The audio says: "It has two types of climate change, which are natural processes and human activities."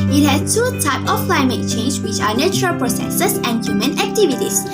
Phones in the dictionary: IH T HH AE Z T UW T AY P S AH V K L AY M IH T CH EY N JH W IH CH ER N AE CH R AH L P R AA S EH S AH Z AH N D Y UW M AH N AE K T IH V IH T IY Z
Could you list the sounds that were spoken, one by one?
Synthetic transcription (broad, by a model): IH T HH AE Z T UW T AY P AH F L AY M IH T CH EY N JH W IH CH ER N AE CH R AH L P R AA S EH S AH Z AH N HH Y UW M AH N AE K T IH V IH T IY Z